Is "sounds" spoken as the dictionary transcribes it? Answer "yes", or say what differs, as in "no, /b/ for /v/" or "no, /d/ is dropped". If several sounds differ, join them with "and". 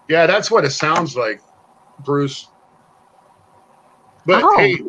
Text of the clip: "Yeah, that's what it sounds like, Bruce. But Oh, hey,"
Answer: yes